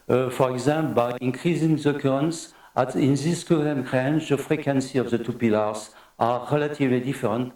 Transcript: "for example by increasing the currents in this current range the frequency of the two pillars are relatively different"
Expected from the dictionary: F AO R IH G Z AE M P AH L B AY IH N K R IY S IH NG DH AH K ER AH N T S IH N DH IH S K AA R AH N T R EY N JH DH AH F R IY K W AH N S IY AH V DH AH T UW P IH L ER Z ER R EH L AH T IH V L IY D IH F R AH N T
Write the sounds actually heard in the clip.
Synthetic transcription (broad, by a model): F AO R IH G Z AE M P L B AY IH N K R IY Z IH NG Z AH K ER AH N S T IH N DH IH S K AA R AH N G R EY N CH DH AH F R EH K W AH N S IY AH V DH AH T UW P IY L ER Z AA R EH L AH T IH V L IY D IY F R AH N T